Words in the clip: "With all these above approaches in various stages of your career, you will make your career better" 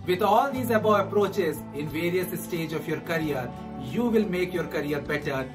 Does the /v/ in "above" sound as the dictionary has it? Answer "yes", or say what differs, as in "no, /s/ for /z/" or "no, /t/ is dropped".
no, /v/ is dropped